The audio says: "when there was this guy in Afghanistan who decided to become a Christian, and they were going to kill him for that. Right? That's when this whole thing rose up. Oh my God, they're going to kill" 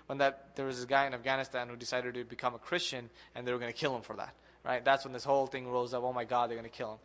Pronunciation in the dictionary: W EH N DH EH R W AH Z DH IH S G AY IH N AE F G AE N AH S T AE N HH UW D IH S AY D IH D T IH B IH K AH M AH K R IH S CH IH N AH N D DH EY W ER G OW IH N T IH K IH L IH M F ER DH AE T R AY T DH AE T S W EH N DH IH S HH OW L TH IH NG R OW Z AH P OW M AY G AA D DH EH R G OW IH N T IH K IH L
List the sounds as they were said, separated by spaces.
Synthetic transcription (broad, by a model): W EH N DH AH R W AH Z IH G AY IH N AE F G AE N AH S T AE N HH UW D IH S AY D IH D T IH B IH K AH M AH K R IH S CH IH N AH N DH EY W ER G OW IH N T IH K IH L IH M F ER DH AE T R AY T DH AE T S W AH N DH IH S HH OW L TH IH NG R OW Z AH P OW M AY G AA D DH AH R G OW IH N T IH K IH L